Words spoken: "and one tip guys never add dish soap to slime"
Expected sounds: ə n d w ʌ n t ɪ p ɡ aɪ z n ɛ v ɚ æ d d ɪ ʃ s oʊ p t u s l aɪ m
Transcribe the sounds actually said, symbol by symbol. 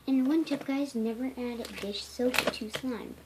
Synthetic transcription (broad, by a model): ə n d w ʌ n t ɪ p ɡ aɪ z n ɛ v ɚ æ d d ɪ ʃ s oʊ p t u s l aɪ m